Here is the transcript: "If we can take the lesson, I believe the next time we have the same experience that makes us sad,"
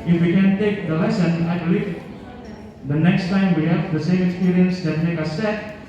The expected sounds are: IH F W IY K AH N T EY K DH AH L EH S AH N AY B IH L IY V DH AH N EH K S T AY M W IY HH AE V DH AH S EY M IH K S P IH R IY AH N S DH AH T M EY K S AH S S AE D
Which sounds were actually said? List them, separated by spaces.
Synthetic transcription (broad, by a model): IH F W IY K AH N T EY K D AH L EH S AH N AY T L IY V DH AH N EH K S T AY M W IY HH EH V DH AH S EY M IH K S P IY R IY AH N S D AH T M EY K AH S S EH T